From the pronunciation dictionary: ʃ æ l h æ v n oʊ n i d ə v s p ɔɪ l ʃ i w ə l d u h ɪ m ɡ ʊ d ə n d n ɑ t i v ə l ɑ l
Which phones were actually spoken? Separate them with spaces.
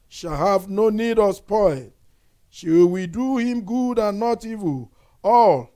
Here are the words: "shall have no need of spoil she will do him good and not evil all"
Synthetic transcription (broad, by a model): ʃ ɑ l h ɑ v n oʊ n i d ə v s p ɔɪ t ʃ i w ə w d u h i m ɡ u d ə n n ɑ t i v ə l ɑ l